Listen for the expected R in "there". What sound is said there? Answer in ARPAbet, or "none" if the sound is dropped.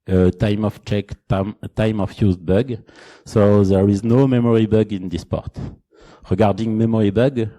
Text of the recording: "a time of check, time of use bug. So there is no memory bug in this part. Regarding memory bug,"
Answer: R